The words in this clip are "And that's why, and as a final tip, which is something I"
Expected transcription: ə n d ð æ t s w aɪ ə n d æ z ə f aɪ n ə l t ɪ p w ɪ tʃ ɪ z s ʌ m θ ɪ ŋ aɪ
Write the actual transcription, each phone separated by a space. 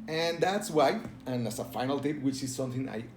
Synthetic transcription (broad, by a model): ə n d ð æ t s w aɪ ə n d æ s ə f aɪ n ə l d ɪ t w ɪ tʃ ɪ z s ʌ m θ ɪ ŋ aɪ